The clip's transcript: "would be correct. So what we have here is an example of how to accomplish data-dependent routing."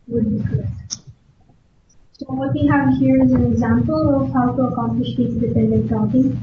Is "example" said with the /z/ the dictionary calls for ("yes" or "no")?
yes